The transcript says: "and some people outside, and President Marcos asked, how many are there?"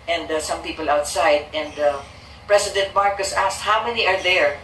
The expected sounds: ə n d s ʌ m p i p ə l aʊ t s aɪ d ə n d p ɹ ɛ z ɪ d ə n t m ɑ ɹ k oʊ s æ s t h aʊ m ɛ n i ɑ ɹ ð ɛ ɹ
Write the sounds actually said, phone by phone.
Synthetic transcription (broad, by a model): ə n d s ʌ m p i p ə l aʊ t s aɪ d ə n d p ɹ ɛ s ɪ d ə n t m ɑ ɹ k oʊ s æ s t h aʊ m ɛ n i ɑ ɹ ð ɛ ɹ